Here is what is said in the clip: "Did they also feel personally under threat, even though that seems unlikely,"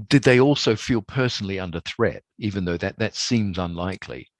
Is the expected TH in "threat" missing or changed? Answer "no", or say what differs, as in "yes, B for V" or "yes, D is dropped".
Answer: no